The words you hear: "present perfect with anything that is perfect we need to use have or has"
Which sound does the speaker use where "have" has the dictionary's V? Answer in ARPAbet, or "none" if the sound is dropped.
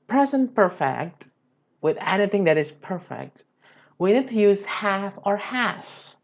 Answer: F